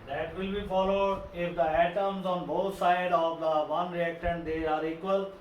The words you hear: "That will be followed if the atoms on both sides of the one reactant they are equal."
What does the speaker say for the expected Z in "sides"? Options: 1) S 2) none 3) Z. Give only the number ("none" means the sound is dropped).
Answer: 2